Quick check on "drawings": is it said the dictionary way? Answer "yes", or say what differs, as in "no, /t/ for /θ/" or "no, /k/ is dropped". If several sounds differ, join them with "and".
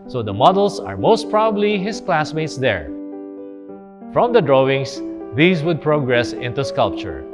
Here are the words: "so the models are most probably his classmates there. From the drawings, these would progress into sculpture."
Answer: no, /s/ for /z/